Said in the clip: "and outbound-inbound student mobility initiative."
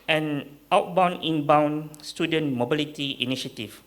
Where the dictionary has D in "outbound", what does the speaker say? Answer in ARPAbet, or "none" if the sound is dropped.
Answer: none